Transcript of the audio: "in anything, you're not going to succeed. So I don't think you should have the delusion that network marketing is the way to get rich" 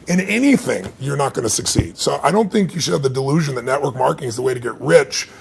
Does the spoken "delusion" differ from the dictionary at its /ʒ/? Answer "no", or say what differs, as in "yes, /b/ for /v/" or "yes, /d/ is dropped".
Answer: no